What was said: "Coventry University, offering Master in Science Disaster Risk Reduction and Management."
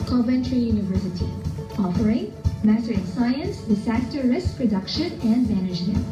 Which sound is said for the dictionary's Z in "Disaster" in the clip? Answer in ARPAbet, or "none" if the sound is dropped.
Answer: S